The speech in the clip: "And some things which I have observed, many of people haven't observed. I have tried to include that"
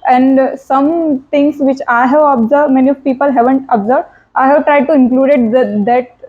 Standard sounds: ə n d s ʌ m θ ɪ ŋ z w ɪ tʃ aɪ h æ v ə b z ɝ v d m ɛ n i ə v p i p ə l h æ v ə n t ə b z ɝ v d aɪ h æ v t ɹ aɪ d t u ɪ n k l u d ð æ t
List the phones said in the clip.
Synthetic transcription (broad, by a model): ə n d s ʌ m t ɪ ŋ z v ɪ tʃ aɪ h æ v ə b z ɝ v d m ɛ n i ə v p i p ə l h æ v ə n t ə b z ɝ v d aɪ h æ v t ɹ aɪ d t u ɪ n k l u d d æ t